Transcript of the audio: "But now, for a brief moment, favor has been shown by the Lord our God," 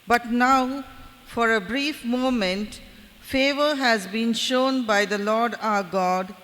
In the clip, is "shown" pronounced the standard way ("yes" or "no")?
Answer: yes